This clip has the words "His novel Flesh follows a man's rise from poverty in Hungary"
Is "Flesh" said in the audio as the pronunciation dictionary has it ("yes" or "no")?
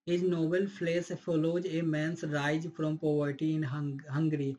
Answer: no